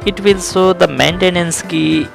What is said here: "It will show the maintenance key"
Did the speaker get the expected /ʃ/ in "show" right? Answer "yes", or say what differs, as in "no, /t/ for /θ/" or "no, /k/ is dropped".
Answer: no, /s/ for /ʃ/